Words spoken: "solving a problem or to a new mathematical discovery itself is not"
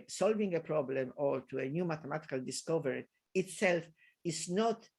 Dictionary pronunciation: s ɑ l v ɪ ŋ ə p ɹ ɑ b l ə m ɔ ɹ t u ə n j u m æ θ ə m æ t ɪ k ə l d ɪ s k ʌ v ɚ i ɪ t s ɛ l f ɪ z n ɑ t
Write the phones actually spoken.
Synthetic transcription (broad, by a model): s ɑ l v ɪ ŋ ə p ɹ ɑ b l ə m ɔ l t u ə n j u m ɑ t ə m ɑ t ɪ k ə l d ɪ s k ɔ v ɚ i ɪ t s ɛ l f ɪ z n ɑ t